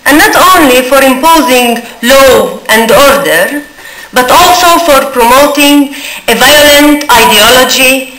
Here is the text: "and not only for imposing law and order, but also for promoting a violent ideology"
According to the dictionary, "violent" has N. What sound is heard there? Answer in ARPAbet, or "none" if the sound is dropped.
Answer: N